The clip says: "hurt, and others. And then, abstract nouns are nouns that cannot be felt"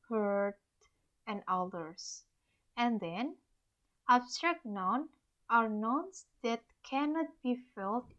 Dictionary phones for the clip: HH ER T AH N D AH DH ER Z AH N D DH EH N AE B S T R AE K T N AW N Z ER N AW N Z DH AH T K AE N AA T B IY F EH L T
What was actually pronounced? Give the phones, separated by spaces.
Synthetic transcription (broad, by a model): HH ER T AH N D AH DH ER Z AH N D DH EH N AE B S T R AE K T N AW N ER N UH N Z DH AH T K AE N AA T B IY F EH L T